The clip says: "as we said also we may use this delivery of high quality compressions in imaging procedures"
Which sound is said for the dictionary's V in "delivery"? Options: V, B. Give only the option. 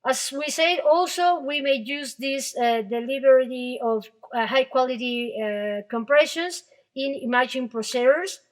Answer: B